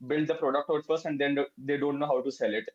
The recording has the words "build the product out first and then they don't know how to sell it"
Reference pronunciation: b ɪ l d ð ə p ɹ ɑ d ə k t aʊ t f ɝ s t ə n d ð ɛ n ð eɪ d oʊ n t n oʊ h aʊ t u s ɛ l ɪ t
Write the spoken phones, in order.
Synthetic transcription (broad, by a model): b ɪ l d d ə p ɹ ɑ d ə k t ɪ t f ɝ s ə n d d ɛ n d eɪ d oʊ n t n oʊ h aʊ t u s ɛ l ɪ t